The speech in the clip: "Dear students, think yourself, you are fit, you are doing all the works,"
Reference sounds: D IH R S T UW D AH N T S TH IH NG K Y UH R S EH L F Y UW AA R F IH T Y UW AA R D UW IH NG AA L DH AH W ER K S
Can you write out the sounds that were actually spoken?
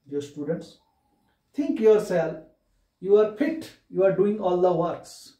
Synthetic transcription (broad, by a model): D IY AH S T UW D AH N T S T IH NG K Y UH R S EH L F Y UW AA R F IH T Y UW AA R D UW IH NG AA L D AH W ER K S